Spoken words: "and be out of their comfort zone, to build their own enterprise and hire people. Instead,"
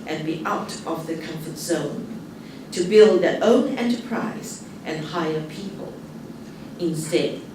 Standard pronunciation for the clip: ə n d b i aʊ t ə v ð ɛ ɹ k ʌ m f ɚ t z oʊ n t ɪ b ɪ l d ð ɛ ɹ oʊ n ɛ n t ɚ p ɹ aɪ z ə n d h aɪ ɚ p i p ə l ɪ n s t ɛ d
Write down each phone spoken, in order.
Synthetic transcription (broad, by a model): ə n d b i aʊ t ə v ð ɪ k ʌ m f ɚ t z oʊ n t ɪ b ɪ l d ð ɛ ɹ oʊ n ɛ n t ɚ p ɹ aɪ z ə n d h aɪ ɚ p i p ə l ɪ n s t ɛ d